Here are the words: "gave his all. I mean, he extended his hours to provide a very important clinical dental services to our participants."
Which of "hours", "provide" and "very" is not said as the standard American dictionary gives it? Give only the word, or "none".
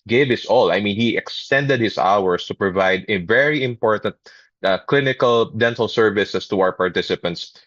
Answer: hours